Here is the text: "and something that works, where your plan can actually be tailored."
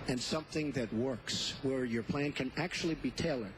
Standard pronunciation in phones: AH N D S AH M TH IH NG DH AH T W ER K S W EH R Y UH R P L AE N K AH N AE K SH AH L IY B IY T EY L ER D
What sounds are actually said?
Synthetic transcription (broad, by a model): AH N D S AH M TH IH NG DH AH T W ER K S W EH R Y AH R P L AE N K AH N AE K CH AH L IY B IY T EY L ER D